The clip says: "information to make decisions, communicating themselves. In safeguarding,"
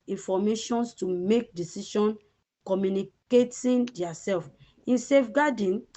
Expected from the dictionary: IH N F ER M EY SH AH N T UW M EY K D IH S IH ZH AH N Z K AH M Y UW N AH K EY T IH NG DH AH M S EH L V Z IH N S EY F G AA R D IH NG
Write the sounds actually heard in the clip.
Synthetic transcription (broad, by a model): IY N F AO M EY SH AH N T UW M EY K D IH S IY SH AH N K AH M Y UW N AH K EY T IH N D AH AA S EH L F IH N S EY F G AA D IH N